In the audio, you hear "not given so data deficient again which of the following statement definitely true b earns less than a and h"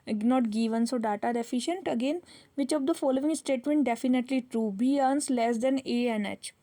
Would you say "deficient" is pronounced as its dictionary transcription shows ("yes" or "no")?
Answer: yes